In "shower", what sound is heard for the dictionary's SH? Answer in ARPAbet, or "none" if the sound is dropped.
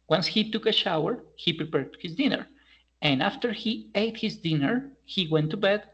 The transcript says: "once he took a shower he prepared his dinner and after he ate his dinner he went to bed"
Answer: SH